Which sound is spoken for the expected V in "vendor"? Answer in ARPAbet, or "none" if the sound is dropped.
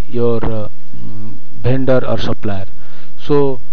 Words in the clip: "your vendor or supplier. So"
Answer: B